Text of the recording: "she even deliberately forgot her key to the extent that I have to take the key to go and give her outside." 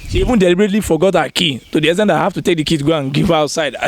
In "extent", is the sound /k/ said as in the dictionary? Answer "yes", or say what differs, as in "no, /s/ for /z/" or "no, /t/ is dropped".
no, /k/ is dropped